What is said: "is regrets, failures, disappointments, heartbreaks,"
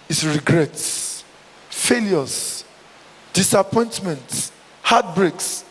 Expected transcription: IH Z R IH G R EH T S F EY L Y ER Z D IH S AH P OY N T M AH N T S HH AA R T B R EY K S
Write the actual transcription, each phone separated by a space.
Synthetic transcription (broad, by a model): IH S R IH G R EH T S F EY L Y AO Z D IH S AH P OY N T M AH N T HH AA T B R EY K S